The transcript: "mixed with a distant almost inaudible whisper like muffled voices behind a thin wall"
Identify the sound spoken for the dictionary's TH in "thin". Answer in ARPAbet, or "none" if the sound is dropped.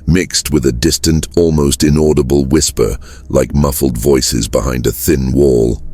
TH